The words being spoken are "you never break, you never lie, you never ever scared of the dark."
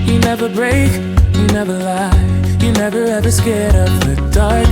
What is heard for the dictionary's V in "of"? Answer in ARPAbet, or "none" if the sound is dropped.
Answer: P